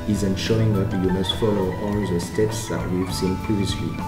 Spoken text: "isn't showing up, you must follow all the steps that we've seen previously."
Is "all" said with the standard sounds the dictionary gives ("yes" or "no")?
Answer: no